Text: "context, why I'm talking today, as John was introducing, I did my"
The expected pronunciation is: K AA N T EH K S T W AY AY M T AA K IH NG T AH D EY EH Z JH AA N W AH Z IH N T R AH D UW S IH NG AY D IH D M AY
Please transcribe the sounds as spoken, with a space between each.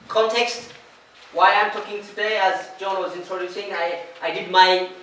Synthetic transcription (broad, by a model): K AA N T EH K S T W AY AY M T AA K IH NG T AH D EY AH Z JH AA N W AH Z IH N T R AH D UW S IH NG AY D IH D M AY